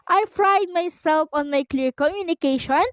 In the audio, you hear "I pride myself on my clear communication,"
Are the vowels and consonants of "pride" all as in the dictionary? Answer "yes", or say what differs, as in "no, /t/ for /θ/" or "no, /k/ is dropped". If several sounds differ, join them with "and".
no, /f/ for /p/